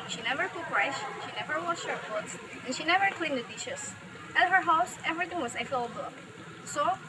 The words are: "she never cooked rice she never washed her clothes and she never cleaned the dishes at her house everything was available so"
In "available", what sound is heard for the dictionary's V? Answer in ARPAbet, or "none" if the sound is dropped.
F